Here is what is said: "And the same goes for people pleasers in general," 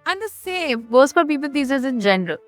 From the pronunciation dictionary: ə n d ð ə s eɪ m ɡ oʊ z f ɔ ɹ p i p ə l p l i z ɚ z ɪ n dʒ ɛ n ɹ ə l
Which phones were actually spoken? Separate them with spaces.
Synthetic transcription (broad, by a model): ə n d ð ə s eɪ m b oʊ s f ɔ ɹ p i p ə l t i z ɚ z ɪ n dʒ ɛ n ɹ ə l